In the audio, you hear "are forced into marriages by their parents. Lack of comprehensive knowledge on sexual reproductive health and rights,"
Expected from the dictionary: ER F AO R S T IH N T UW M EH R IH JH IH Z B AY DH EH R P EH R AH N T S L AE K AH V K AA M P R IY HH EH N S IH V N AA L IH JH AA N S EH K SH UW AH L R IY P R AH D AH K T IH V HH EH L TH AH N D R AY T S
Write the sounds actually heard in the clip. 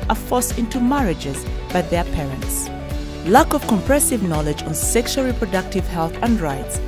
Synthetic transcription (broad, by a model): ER F AO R S IH N T UW M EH R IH JH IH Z B AY DH EH R P EH R AH N T S L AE K AH V K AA M P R EH S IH V N AA L IH JH AA N S EH K SH UW AH L R IY P R AH D AH K T IH V HH EH L TH AH N D R AY T S